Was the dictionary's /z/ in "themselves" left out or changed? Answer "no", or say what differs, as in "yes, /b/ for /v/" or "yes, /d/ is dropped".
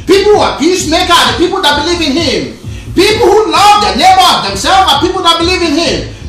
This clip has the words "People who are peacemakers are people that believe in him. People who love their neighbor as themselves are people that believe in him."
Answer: yes, /z/ is dropped